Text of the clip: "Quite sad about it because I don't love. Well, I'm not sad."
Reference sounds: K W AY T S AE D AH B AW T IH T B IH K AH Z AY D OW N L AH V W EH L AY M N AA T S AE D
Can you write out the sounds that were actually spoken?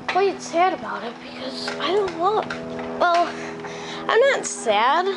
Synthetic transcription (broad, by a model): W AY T S AE D AH B AW T IH T B IH K AH Z AY D OW N W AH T W EH L AY M N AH T S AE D